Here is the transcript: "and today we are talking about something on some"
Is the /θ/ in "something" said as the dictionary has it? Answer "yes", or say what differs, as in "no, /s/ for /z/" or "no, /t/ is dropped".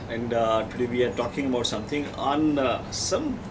no, /t/ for /θ/